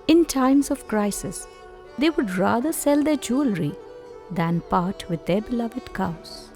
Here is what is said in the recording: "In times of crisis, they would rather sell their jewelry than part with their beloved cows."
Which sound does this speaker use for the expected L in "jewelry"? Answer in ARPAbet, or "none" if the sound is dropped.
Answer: L